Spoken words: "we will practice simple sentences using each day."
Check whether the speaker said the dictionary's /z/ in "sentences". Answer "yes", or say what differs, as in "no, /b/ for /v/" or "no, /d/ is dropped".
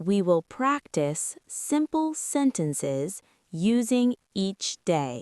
yes